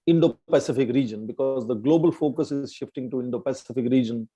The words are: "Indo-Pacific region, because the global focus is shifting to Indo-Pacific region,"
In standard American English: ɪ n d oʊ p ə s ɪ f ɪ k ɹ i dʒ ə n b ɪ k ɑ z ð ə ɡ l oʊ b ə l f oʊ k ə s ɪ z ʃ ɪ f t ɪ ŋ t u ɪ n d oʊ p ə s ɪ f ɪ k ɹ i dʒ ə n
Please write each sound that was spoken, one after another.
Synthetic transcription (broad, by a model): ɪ n d oʊ p ə s ɪ f ɪ k ɹ i dʒ ə n b ɪ k ɑ z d ə ɡ l oʊ b ə l f oʊ k ə s ɪ z ʃ ɪ f t ɪ ŋ t u ɪ n d oʊ p ə s ɪ f ɪ k ɹ i dʒ ə n